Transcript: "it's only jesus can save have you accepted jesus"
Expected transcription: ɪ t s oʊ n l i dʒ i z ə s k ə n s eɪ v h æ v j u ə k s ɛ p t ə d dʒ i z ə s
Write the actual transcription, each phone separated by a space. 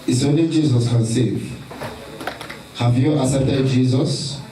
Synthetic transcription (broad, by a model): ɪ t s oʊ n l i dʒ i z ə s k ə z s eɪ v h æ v j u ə s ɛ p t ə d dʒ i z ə s